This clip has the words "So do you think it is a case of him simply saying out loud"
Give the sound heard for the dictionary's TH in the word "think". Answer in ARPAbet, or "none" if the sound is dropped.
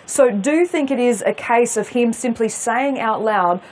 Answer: TH